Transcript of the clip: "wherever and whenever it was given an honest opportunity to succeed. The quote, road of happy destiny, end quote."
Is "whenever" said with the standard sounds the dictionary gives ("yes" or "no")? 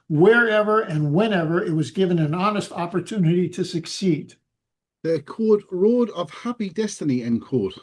yes